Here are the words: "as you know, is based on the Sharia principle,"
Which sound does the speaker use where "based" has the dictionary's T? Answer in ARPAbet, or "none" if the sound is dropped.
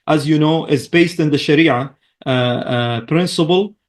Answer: T